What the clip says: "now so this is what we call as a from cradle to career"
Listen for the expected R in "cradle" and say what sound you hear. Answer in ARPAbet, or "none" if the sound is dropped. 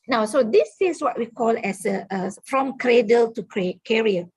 R